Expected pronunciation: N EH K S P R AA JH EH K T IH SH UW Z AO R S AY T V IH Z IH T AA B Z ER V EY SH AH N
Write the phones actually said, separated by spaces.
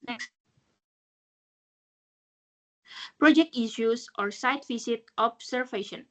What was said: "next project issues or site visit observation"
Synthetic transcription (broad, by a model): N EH K S P R AA JH EH K T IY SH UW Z AO R S AY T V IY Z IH T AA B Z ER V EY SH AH N